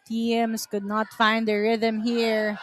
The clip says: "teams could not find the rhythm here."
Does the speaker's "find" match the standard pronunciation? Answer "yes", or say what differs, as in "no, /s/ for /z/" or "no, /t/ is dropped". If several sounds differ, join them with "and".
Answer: yes